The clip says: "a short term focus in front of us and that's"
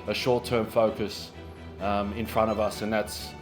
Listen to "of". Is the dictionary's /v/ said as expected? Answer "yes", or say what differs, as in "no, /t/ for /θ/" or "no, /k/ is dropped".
yes